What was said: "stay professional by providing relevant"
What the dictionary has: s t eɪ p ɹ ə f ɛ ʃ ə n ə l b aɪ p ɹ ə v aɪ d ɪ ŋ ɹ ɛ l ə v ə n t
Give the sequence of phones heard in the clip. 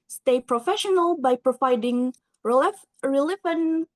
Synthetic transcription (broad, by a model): s t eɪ p ɹ ə f ɛ ʃ ə n ə l b aɪ p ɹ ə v aɪ d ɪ ŋ ɹ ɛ l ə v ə n